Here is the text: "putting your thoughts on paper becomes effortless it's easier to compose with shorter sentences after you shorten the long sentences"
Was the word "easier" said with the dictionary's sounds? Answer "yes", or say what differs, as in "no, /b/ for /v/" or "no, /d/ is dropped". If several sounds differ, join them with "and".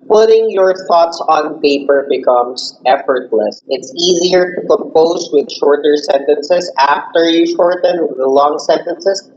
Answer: yes